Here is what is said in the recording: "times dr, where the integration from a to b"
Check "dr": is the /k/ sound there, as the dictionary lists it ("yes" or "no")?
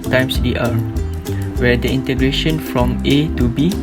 no